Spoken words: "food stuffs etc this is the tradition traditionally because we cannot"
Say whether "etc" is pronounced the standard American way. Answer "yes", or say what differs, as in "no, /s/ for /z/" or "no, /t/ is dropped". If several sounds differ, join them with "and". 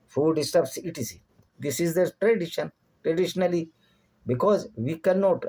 no, /s/ is dropped